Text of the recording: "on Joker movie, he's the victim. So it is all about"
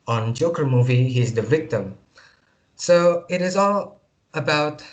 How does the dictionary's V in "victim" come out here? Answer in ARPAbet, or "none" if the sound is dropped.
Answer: V